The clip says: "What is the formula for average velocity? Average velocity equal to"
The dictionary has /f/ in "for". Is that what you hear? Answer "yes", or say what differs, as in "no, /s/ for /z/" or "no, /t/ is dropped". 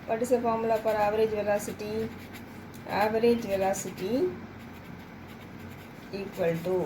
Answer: no, /p/ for /f/